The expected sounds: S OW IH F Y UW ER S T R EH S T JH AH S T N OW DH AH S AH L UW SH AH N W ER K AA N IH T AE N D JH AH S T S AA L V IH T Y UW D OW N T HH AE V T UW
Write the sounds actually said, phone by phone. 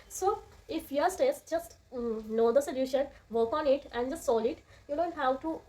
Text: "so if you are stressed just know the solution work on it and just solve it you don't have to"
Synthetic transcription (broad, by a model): S OW IH F Y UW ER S T EH S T JH AH S T N OW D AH S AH L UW SH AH N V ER K AA N IH T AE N D JH AH S T S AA L IH T Y UW D OW N T HH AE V T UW